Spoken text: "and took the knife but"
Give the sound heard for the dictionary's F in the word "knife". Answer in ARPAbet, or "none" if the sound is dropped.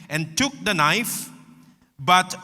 F